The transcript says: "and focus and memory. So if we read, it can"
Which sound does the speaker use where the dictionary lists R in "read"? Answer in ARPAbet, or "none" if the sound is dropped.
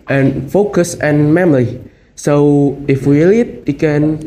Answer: L